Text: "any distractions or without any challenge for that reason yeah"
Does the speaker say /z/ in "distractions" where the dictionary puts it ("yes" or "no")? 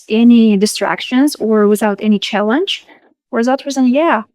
yes